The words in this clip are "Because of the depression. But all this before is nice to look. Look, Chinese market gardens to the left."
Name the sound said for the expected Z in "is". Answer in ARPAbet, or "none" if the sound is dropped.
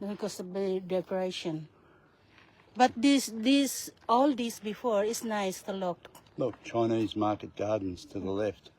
S